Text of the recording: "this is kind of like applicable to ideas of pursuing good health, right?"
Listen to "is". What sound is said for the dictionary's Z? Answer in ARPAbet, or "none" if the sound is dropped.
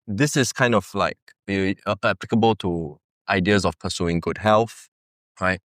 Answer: S